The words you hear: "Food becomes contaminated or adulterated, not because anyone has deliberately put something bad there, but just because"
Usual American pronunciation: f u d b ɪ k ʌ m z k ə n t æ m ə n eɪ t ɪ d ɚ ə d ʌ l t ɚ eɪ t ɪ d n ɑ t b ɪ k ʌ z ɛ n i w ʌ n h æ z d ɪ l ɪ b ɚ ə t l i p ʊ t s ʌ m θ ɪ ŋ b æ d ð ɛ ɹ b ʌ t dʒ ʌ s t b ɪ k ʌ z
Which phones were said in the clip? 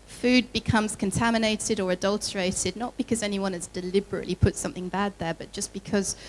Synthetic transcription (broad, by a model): f u d b ɪ k ʌ m z k ə n t æ m ə n eɪ t ɪ d ɚ ə d ʌ l t ɚ eɪ t ɪ d n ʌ t b ɪ k ʌ z ɛ n i w ʌ n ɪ z d ɪ l ɪ b ɚ ə t l i p ʊ t s ʌ m θ ɪ ŋ b æ d ð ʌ ɹ b ʌ t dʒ ʌ s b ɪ k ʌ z